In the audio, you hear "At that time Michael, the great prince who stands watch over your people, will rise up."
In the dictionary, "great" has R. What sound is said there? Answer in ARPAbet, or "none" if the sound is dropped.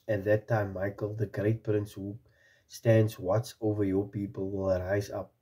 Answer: R